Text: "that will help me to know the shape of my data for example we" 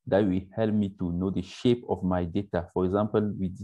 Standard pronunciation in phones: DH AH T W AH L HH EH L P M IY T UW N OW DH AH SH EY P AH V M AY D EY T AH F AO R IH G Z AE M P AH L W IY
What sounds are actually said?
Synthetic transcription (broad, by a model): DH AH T W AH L HH EH L P M IY T UW N OW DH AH SH EY P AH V M AY D EY T AH F AO R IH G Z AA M P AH L W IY